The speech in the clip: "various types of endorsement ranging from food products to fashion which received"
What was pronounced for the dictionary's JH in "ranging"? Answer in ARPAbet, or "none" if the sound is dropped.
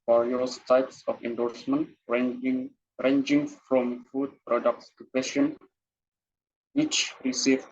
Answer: JH